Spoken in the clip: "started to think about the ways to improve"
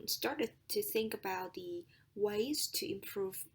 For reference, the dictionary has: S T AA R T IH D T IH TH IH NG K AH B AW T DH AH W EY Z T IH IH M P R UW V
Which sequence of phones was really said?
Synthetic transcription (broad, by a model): S T AA R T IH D T IH TH IH NG K AH B AW T DH AH W EY Z T IH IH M P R UW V